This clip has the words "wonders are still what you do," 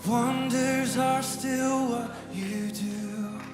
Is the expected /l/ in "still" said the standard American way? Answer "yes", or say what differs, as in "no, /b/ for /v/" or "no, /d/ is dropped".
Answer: yes